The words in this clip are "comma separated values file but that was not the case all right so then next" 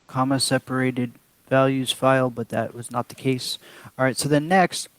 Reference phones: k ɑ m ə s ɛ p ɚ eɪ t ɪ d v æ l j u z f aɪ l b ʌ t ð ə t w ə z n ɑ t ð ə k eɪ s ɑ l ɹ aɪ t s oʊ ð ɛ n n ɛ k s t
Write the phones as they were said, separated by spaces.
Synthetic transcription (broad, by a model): k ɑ m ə s ɛ p ɚ eɪ t ɪ d v æ l j u z f aɪ l b ʌ t ð ə t w ə z n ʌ t ð ə k eɪ s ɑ ɹ aɪ t s oʊ ð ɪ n n ɛ k s t